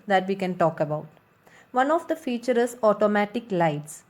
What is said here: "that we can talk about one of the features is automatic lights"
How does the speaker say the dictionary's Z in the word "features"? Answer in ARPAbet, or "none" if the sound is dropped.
none